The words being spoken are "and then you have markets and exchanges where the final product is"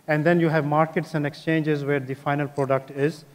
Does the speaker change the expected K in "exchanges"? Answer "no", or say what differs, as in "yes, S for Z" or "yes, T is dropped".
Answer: no